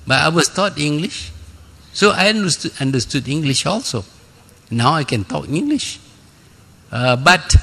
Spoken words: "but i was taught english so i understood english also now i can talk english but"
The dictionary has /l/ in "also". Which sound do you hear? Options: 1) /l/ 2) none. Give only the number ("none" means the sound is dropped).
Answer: 1